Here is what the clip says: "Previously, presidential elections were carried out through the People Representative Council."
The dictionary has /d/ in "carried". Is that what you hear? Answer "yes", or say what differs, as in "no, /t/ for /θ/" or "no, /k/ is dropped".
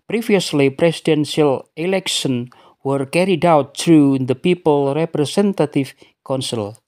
yes